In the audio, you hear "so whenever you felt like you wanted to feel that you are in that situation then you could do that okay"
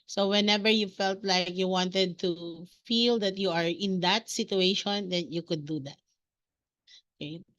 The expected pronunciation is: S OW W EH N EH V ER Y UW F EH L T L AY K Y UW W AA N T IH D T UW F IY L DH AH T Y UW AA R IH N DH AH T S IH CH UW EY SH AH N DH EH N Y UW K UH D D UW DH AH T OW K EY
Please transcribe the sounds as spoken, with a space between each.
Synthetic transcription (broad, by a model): S OW W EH N EH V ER Y UW F EH L T L AY K Y UW W AA N T IH D T UW F IY L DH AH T Y UW AA R IH N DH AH T S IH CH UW EY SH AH N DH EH N Y UW K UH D D UW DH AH T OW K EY